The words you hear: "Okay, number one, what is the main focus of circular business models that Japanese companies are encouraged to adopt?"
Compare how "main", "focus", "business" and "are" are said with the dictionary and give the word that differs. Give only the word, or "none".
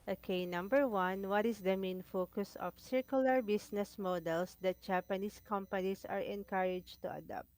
business